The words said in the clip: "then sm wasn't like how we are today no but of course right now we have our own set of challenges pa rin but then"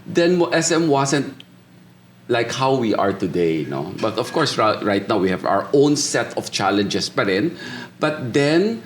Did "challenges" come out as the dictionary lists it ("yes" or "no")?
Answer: no